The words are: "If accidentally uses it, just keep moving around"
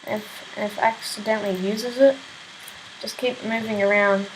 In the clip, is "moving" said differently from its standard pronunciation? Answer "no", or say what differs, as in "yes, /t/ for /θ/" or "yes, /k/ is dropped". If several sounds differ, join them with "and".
no